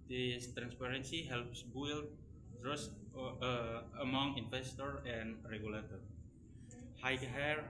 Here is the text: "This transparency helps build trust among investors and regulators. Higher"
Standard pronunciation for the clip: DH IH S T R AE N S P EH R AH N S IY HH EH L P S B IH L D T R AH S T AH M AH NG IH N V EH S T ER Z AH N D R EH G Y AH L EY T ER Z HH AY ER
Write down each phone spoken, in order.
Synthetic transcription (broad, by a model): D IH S T R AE N S P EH R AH N S IY HH EH L P S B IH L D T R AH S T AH M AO NG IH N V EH S T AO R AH N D R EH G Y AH L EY T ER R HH AY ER